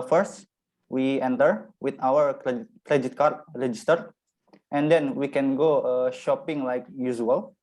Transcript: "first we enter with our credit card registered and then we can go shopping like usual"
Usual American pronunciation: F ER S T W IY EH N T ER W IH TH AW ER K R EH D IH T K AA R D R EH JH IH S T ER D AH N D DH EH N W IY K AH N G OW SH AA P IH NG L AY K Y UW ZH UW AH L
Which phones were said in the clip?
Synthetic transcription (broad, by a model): F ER S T W IY EH N T ER W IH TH AW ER K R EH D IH T K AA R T R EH JH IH S T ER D AH N D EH N W IY K AH N G OW SH AA P IH NG L AY K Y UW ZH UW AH L